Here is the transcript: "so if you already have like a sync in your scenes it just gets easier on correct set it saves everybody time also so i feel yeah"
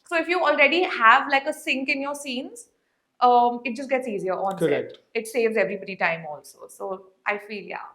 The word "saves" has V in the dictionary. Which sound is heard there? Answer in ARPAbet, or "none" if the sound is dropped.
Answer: V